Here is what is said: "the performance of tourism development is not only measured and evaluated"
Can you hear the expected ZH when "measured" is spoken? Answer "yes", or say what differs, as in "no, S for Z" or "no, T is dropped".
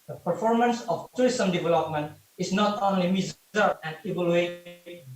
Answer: no, Z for ZH